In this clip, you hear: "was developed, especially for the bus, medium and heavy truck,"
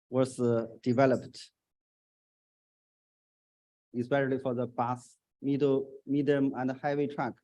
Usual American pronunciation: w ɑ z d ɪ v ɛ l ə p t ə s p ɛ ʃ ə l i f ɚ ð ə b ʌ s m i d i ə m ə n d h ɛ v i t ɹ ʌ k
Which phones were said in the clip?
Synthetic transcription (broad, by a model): w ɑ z d ɪ v ɛ l ə p t ə s p ɛ ʃ ə l i f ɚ ð ə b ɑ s m i d i ə m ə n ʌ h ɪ w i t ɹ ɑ k